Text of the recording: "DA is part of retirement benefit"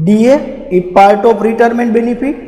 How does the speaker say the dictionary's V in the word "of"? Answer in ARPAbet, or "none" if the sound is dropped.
P